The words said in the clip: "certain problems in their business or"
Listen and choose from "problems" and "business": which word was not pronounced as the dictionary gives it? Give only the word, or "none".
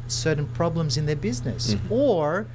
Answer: none